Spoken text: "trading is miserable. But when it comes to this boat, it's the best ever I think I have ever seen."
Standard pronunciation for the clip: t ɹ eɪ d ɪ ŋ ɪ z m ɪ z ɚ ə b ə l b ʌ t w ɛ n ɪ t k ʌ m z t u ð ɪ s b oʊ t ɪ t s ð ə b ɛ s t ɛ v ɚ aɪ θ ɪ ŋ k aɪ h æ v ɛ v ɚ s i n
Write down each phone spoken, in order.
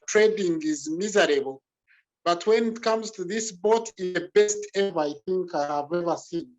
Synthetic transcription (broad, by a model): t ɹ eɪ d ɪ ŋ ɪ z m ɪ z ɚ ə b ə l b ʌ t w ɛ n ɪ t k ʌ m z t u ð ɪ s b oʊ t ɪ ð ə b ɛ s t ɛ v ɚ aɪ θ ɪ ŋ k aɪ h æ v ɛ v ɚ s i n